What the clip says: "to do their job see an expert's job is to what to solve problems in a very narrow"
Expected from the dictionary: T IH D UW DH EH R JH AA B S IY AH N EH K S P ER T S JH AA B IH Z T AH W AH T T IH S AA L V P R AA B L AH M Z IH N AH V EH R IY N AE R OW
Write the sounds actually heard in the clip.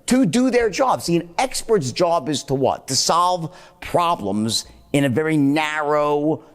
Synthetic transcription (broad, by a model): T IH D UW DH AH R JH AA B S IY AH N EH K S P ER T S JH AA B IH Z T AH W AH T T IH S AA L V P R AA B L AH M Z IH N AH V EH R IY N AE R OW